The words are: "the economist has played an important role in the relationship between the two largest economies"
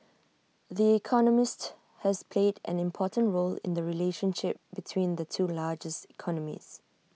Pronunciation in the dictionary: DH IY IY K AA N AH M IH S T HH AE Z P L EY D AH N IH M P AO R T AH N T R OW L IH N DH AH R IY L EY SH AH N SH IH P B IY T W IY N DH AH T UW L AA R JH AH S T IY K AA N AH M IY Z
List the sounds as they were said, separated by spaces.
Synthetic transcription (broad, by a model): DH IY IY K AA N AH M IH S T HH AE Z P L EY D AH N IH M P AO T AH N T R OW L IH N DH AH R IY L EY SH AH N SH IH P B IY T W IY N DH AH T UW L AA JH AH S T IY K AA N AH M IY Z